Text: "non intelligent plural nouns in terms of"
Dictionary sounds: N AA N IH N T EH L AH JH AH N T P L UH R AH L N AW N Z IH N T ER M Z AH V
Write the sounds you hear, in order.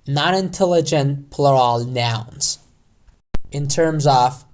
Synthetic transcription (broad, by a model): N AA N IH N T EH L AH JH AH N P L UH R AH L N AW N Z IH N T ER M Z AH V